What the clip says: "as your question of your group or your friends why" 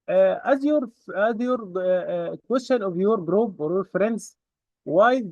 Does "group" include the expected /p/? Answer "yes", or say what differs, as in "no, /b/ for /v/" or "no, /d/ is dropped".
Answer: no, /b/ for /p/